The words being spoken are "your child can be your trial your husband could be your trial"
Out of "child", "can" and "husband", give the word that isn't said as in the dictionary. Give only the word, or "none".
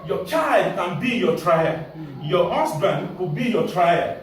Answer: husband